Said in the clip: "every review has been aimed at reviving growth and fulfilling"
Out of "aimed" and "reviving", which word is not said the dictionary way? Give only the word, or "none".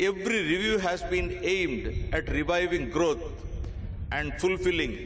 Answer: none